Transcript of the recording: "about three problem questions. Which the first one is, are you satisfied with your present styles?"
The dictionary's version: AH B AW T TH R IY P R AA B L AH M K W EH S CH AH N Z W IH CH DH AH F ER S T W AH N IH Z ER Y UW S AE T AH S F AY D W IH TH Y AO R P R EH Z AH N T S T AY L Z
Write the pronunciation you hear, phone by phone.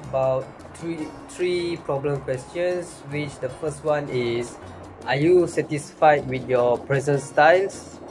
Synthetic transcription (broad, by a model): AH B AW T T R IY P R AA B L AH M K W EH S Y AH N S W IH CH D AH F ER S T W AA N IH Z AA Y UW S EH T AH S F AY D W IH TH Y AO P R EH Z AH N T S T AY L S